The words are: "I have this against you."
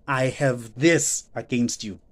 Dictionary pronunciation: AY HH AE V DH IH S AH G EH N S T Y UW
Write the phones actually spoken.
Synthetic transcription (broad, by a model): AY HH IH V DH IH S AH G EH N S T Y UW